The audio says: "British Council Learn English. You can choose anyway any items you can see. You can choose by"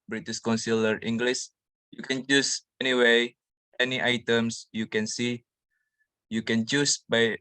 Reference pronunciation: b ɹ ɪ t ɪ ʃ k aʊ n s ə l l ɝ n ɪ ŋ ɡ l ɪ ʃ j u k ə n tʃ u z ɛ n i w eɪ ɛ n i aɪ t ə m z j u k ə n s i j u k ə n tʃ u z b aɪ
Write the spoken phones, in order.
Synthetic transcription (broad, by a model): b ɹ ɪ t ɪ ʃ k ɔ n s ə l l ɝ ɪ ŋ ɡ l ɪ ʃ j u k ə n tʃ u s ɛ n i w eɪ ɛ n i aɪ t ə m s j u k ə n s i j u k ə n tʃ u s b aɪ